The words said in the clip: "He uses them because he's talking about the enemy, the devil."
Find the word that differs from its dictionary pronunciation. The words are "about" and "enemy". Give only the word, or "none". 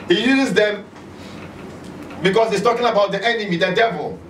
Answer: none